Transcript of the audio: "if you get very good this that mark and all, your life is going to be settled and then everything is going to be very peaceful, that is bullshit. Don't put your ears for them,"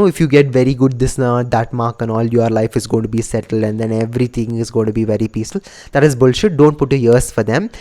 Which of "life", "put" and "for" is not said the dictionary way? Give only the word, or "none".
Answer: none